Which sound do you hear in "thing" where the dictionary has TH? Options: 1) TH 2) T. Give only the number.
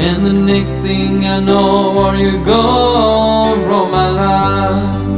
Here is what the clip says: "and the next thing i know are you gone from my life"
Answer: 1